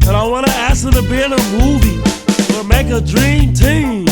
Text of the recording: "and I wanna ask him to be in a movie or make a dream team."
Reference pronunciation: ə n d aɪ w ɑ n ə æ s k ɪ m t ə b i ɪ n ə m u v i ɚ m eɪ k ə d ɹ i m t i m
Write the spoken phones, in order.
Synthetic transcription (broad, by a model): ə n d aɪ w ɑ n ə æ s ɪ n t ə b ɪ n ə m u v i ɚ m eɪ k ə d ɹ i m t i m